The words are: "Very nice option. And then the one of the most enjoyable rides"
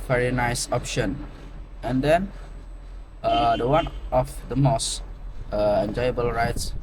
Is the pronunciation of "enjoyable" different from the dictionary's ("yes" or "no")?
no